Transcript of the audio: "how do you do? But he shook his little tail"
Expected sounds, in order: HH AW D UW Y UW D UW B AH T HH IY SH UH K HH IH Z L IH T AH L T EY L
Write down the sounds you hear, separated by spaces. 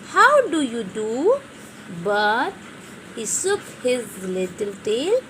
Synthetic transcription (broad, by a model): HH AW D UW Y UW D UW B AH T HH IY S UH K HH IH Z L IH T AH L T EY L